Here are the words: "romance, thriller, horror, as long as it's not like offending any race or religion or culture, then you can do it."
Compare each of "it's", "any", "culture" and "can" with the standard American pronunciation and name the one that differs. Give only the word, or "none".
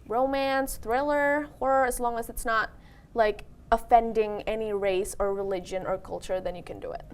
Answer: none